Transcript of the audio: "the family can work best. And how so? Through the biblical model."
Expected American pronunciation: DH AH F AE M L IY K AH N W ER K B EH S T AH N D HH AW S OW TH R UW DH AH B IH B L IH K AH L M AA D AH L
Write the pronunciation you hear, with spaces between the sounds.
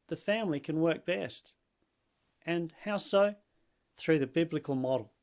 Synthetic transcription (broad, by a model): DH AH F AE M L IY K AH N W ER K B EH S T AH N HH AW S OW TH R UW DH AH B IH B L IH K AH L M AA D L